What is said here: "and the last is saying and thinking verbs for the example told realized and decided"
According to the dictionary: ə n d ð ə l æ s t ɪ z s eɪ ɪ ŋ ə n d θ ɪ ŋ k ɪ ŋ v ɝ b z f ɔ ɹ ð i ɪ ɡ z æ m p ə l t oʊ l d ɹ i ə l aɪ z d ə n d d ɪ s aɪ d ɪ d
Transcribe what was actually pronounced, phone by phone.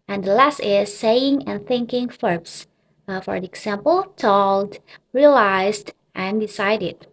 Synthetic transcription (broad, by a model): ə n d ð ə l æ s t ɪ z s eɪ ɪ ŋ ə n θ ɪ ŋ k ɪ ŋ f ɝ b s f ɔ ɹ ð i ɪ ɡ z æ m p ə l t oʊ l d ɹ i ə l aɪ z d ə n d d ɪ s aɪ d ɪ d